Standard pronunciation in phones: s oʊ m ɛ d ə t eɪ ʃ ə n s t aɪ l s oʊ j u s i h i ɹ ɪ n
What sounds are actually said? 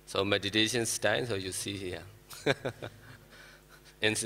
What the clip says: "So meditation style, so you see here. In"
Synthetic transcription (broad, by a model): s oʊ m ɛ d ə t eɪ ʃ ə n s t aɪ n s oʊ j u s i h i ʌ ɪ n